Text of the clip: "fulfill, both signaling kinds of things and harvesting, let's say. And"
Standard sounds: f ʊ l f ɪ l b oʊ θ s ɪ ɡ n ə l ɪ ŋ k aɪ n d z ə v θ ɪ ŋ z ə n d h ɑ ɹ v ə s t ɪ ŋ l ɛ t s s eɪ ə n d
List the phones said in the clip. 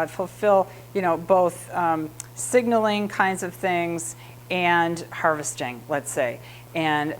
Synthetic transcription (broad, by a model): f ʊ l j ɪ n b oʊ θ s ɪ ɡ n l ɪ ŋ k aɪ n d z ə v θ ɪ ŋ z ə n h ɑ ɹ v ə s t ɪ ŋ l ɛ t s s eɪ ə n